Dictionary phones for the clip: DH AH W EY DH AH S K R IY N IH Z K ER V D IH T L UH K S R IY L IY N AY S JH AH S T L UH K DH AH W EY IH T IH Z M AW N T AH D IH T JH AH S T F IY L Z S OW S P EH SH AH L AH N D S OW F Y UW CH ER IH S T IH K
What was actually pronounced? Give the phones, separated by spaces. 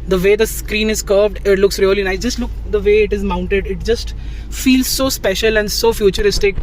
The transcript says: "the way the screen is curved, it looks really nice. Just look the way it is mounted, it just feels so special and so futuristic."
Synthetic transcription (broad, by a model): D AH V EY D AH S K R IY N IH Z K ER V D IH T L UH K S R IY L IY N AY JH AH S T L UH K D AH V EY IH T IH Z M AW N T AH D IH T JH AH S T F IY L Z S OW S P EH SH AH L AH N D S OW F Y UW CH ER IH S T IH K